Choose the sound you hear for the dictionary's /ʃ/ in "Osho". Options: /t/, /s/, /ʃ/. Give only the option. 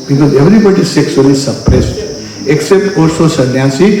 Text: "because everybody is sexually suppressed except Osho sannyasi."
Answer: /s/